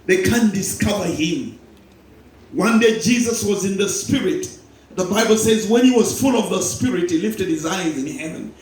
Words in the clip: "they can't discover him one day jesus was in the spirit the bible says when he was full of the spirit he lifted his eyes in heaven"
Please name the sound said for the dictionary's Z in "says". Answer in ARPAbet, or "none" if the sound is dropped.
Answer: Z